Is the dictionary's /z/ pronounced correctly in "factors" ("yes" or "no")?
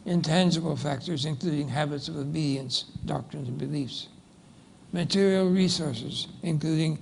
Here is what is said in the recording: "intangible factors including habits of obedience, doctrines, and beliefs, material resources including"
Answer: yes